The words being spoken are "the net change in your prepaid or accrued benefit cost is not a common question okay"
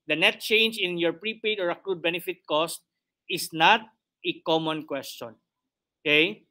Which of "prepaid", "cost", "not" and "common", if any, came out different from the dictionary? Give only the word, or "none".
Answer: none